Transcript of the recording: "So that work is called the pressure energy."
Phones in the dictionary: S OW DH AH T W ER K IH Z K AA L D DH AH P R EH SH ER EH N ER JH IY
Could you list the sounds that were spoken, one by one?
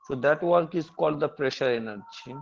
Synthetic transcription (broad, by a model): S OW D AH T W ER K IH Z K AA L D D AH P R EH SH ER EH N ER JH IY